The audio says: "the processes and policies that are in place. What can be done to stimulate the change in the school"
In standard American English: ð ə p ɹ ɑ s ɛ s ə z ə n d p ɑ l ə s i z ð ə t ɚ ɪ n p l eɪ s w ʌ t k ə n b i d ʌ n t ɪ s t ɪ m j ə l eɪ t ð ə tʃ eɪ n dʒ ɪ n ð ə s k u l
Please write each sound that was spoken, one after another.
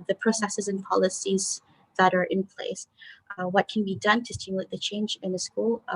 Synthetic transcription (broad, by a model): ð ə p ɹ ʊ s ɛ s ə z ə n p ɑ l ə s i z ð ə t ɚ ɪ n p l eɪ s w ʌ t k n b i d ʌ n t ɪ s t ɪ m j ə l eɪ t ð ə tʃ eɪ n dʒ ɪ n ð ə s k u l